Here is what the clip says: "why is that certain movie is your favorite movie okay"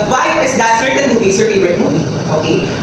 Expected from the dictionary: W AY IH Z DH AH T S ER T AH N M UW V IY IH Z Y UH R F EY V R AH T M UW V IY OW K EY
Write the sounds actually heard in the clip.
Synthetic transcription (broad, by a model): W AY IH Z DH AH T S ER T AH N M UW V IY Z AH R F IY R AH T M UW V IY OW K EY